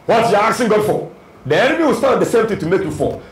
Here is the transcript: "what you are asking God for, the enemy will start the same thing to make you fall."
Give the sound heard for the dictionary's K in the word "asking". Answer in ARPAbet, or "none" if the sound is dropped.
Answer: none